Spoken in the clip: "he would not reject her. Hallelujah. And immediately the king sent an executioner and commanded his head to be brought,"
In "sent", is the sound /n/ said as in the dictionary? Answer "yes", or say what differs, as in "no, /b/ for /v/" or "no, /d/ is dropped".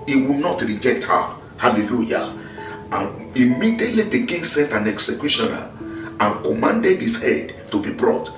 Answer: no, /n/ is dropped